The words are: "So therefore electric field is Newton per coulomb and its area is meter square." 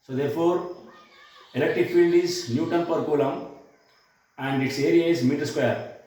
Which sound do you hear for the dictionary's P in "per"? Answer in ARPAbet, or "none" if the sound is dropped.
P